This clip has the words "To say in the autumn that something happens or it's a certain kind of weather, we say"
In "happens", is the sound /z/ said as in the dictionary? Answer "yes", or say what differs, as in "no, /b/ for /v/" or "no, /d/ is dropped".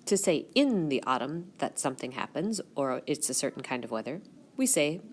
yes